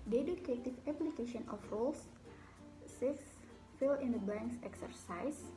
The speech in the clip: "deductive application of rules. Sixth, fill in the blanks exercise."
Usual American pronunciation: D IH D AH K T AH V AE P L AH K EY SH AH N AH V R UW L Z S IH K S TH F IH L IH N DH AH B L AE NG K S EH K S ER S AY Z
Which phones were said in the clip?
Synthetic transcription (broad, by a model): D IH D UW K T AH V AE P L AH K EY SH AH N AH F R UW L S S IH S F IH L IH N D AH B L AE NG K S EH K S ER S AY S